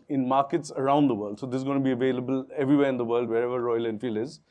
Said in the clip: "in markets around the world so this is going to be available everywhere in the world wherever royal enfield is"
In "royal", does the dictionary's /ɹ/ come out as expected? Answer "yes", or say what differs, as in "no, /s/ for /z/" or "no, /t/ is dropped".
yes